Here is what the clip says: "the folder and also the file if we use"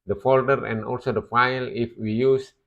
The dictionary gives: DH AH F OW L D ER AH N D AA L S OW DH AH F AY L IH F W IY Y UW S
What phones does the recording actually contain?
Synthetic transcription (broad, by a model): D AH F OW L D ER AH N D AA L S OW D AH F AY L IH F W IY Y UW S